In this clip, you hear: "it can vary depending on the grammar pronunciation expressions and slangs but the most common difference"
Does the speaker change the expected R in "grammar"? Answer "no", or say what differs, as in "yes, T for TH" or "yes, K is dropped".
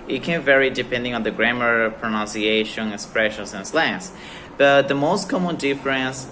no